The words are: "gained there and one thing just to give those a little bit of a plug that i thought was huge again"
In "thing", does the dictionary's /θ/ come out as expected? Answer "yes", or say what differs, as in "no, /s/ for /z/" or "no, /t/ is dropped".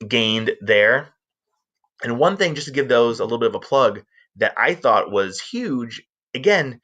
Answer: yes